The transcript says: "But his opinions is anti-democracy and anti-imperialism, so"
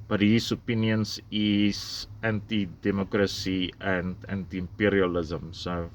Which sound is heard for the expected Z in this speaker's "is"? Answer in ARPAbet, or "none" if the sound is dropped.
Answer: S